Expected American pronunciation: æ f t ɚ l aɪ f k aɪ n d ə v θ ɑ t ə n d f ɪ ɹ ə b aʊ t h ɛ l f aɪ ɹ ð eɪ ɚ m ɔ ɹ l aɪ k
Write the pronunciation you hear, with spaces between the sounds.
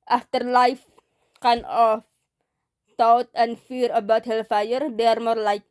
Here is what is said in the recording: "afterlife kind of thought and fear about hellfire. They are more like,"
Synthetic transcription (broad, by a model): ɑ f t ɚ l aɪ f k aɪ n ə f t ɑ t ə n f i ɹ ə b aʊ t h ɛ l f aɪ ɹ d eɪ ɚ m ɔ ɹ l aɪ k